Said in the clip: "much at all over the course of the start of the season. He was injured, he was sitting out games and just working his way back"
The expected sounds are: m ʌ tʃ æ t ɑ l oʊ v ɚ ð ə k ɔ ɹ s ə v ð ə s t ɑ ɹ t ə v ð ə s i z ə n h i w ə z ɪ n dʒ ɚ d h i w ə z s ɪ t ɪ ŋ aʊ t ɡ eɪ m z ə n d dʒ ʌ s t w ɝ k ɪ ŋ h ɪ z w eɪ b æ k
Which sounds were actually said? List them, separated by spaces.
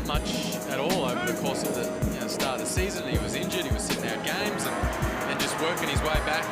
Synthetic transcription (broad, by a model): m ʌ tʃ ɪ t ɑ l oʊ v ɚ ð ə k ɔ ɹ s ə v ð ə s t ɑ ɹ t ð ə s i z ə n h i w ə z ɪ n dʒ ɚ d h i w ə z s ɪ t ɪ ŋ aʊ t ɡ eɪ m z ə n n dʒ ʌ s t w ɝ k ɪ ŋ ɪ z w eɪ b æ k